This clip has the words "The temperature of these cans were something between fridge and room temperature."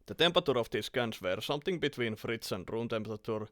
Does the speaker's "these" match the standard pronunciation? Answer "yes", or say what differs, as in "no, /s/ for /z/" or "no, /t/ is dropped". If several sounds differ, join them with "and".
no, /s/ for /z/